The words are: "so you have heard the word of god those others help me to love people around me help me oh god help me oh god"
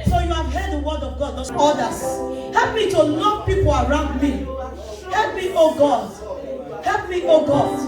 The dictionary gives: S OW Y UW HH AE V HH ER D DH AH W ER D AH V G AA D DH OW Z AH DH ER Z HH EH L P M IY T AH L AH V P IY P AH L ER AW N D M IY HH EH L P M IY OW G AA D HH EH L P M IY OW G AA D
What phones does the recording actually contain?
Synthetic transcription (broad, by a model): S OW Y UW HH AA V HH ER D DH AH W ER D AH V G AA D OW AO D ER S HH EH L P M IY T AH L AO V P IY P AH L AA AW N D M IY HH EH L P M IY OW G AA D HH EH L P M IY OW G AA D